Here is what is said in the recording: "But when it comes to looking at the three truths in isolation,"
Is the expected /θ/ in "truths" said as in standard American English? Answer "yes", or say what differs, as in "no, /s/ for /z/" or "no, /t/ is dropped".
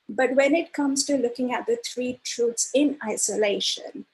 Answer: no, /t/ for /θ/